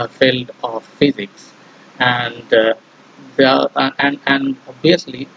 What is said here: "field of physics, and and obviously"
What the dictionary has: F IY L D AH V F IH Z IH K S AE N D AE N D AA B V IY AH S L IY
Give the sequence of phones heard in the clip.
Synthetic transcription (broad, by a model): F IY L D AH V F IH Z IH K S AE N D AE N D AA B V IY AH S L IY